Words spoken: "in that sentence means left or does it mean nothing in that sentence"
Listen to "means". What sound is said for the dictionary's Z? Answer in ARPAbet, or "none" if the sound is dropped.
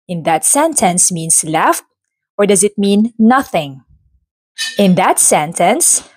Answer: S